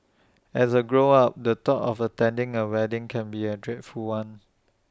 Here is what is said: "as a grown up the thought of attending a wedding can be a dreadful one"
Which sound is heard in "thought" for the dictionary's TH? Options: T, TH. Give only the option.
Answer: T